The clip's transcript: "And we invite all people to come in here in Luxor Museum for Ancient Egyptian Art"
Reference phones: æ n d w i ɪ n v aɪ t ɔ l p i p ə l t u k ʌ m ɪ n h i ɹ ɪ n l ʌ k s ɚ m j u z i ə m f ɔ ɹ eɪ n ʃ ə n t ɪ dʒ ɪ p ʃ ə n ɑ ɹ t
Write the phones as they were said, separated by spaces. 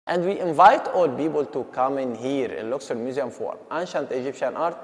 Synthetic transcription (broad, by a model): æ n d w i ɪ n v aɪ t ɔ l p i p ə l t u k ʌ m ɪ n h i ɹ ɪ n l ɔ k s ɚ m j u z i ə m f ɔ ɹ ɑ n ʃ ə n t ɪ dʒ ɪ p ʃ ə n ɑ ɹ t